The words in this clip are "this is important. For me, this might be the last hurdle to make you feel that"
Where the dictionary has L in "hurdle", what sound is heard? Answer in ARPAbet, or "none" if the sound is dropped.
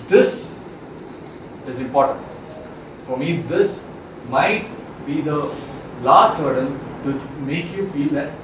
N